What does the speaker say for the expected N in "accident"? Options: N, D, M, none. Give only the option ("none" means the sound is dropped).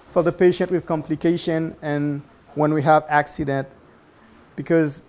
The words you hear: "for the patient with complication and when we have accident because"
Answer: N